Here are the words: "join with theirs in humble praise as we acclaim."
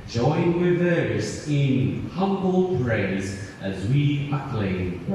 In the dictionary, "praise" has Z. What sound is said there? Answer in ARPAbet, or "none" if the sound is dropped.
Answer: Z